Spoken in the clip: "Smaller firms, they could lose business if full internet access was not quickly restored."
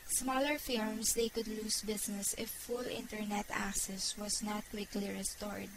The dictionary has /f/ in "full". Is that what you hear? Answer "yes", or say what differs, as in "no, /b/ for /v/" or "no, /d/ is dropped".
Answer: yes